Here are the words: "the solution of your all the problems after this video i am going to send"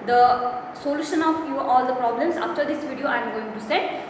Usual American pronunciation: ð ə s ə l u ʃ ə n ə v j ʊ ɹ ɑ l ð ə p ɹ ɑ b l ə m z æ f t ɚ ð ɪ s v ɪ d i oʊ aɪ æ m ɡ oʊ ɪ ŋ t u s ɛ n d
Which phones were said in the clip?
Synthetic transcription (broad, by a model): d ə s ə l u ʃ ə n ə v j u ɑ l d ə p ɹ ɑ b l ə m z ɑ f t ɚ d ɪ s v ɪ d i oʊ aɪ m ɡ oʊ ɪ ŋ t u s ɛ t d